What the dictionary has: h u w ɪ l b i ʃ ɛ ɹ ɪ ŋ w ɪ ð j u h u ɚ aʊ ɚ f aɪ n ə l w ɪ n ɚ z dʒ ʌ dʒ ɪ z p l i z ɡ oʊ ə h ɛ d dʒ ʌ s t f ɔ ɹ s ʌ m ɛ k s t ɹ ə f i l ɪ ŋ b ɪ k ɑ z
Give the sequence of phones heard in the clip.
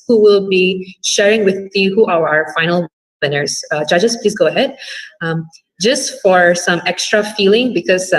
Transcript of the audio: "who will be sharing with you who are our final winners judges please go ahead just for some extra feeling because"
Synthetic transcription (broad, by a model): h u w ɪ l b i ʃ ɛ ɹ ɪ ŋ w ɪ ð j u h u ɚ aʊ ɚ f aɪ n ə l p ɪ n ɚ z dʒ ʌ dʒ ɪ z p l i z ɡ oʊ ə h ɛ d dʒ ʌ s t f ɔ ɹ s ʌ m ɛ k s t ɹ ə f i l ɪ ŋ b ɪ k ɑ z